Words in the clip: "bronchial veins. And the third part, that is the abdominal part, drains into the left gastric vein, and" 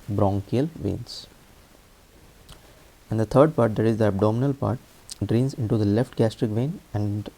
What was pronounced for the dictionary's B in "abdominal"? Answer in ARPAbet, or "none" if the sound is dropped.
B